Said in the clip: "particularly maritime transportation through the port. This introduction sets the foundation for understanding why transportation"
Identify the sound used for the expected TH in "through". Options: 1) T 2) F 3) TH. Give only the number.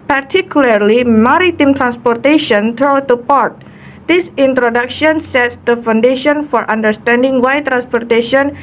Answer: 1